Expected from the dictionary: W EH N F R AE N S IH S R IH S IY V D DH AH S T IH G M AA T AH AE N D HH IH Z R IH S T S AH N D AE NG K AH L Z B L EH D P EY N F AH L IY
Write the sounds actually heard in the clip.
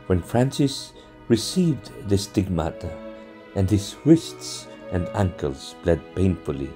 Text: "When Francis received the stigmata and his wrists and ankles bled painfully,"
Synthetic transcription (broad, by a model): W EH N F R AE N S IH S R IH S IY V D DH AH S T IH G M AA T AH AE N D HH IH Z W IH S T S AH N D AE NG K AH L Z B L EH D P EY N F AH L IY